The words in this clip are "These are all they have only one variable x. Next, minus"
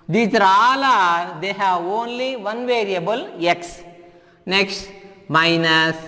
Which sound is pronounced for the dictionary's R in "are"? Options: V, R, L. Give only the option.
L